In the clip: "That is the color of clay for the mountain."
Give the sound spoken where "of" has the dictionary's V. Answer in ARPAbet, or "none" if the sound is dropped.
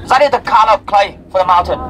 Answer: P